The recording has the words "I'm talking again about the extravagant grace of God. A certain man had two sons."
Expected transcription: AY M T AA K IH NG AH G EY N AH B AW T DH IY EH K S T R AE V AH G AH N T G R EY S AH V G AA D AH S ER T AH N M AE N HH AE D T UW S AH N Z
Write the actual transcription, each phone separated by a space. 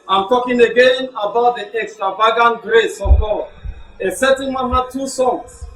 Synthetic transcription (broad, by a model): AY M T AA K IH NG AH G EY N AH B AW T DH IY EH K S T R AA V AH G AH N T G R EY S AH V G AA D AH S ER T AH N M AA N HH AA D T UW S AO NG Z